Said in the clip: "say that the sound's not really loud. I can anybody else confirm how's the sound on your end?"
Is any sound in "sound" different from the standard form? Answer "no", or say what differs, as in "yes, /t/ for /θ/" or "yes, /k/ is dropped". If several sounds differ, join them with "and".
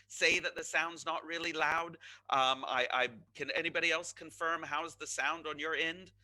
no